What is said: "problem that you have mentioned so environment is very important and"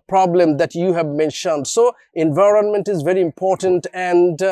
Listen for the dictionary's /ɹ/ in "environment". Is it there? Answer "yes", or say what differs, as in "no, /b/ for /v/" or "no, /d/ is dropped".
yes